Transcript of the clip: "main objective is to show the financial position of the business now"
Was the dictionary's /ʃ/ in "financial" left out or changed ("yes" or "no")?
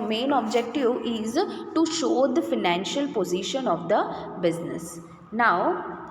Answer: no